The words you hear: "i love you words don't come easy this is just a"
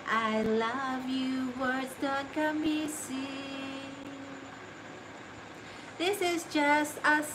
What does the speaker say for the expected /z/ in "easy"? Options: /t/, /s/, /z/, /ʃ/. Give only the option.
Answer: /s/